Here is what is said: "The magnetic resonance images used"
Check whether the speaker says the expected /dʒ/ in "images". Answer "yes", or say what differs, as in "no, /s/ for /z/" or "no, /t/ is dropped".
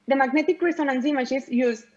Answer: no, /ʃ/ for /dʒ/